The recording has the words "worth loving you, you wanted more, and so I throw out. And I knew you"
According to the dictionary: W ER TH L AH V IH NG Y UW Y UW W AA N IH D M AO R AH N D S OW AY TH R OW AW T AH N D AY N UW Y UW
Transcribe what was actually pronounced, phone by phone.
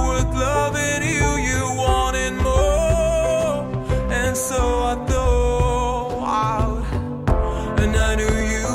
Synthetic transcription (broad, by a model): W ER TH L AH V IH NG Y UW Y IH W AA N IH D M AO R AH N S OW AY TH OW AW T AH N AY N UW Y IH